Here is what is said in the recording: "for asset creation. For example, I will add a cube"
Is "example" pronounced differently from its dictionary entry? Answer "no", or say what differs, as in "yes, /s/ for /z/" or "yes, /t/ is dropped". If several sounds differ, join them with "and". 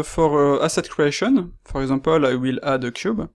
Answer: yes, /m/ is dropped